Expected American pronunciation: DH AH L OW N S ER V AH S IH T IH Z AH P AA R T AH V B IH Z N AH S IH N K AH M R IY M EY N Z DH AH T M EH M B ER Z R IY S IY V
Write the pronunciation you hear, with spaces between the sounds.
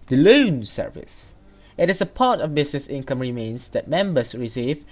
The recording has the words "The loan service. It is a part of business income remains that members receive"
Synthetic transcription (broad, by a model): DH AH L OW N S ER V AH S IH T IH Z AH P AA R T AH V B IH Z N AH S IH N K AH M R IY M EY N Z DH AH T M EH M B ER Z R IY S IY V